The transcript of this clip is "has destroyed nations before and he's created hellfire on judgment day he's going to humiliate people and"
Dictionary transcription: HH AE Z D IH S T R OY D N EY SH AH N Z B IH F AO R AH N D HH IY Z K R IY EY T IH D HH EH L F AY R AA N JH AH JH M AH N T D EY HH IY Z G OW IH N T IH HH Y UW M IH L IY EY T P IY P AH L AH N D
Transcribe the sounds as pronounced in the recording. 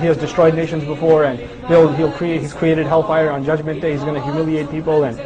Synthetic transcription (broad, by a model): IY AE Z D IH S T R OY D N EY SH AH N Z B IH F AO R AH N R HH IY Z K R IY EY T IH D HH EH L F AY R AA N JH AH JH M AH N T D EY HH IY Z G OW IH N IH HH Y UW M IH L IY EY T P IY P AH L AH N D